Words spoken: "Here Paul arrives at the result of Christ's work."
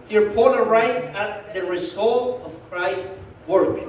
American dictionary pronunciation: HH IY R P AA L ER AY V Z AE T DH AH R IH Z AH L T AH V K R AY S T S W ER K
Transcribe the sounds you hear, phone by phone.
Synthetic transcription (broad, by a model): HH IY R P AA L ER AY Z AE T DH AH R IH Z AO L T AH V K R AY S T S W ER K